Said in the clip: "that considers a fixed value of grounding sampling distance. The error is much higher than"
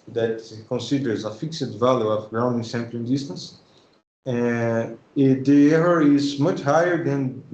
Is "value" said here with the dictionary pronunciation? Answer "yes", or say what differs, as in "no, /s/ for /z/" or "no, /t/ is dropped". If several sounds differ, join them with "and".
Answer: yes